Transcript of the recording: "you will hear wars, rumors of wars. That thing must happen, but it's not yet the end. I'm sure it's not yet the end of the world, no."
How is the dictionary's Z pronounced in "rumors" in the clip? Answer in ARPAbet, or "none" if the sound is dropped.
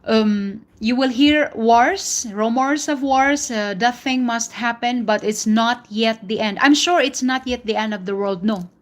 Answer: S